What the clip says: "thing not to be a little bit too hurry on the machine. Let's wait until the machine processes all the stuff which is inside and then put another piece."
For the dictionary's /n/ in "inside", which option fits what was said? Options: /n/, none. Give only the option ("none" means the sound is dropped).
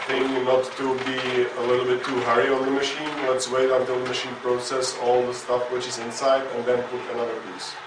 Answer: /n/